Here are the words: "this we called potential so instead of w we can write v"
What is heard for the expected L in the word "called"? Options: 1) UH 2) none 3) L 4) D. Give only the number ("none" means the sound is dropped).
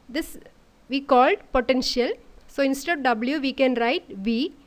3